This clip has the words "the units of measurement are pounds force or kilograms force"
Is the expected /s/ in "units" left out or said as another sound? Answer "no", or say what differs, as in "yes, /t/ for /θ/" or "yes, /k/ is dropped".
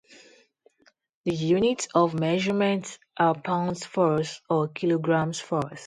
yes, /s/ is dropped